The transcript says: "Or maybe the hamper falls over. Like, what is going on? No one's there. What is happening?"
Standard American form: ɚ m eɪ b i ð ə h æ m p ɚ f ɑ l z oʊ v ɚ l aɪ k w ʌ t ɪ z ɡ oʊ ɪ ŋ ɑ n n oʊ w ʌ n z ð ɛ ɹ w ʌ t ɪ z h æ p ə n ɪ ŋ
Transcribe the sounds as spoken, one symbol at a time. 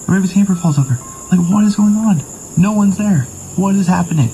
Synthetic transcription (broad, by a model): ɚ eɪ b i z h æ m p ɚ f ɑ l z oʊ v ɚ l aɪ k w ʌ t ɪ z ɡ oʊ ɪ ŋ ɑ n n oʊ w ʌ n z ð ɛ ɹ w ʌ t ɪ z h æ p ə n ɪ ŋ